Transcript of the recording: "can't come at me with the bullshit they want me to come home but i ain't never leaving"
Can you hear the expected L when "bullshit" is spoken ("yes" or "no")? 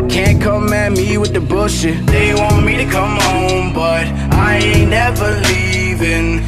no